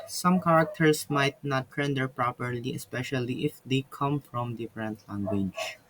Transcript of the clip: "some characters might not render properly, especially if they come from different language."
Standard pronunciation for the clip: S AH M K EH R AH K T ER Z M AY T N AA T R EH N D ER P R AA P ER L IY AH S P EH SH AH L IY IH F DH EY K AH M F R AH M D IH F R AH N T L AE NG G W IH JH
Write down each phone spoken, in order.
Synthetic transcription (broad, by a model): S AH M K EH R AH K T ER S M AY T N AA T R EH N D ER P R AA P ER L IY AH S P EH SH AH L IY IH F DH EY K AH M F R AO M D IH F R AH N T L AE NG G W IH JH